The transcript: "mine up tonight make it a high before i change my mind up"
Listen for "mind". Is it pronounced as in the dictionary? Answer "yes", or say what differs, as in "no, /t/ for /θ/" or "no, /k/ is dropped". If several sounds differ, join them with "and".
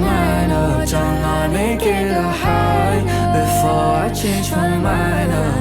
no, /d/ is dropped